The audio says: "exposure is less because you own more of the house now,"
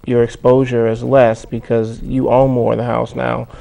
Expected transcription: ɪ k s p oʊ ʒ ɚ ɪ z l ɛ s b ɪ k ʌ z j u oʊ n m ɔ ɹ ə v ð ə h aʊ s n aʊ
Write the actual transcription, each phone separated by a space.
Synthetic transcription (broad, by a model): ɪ k s p oʊ ʒ ɚ ɪ z l ɛ s b ɪ k ʌ z j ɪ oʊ l m ɔ ɹ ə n ð ə h aʊ s n aʊ